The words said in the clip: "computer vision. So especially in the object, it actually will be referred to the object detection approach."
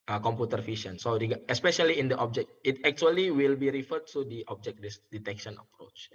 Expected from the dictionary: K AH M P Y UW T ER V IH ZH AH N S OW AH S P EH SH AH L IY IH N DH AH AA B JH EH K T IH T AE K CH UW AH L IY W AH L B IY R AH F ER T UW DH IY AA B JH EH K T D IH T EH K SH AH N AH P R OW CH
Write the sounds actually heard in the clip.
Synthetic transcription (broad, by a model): K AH M P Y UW T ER F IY SH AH N S OW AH S P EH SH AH L IY IH N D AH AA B JH EH K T IH T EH K CH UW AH L IY W AH L B IY R AH F ER T UW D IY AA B JH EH K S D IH T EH K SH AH N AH P R OW CH